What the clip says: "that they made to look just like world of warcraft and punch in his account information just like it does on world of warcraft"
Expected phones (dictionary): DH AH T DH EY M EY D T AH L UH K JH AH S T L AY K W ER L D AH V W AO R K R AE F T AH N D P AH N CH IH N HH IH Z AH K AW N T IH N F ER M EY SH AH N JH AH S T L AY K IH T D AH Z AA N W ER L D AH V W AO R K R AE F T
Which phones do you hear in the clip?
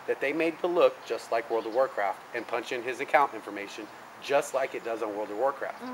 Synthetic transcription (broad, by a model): DH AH T DH EY M EY D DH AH L UH K JH AH S T L AY K W ER L D AH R W AO R K R AE F T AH N P AH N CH IH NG IH Z AH K AW N T IH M F ER M EY SH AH N JH AH S T L AY K IH T D AH Z N W ER L D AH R W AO R K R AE F T